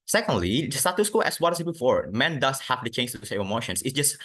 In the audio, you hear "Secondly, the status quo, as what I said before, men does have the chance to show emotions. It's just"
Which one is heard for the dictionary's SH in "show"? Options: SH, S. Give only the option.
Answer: S